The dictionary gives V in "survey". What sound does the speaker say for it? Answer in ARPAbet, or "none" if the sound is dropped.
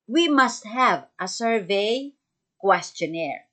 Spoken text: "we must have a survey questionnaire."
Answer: V